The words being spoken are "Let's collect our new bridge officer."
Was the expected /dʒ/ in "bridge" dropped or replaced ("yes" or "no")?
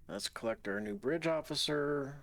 no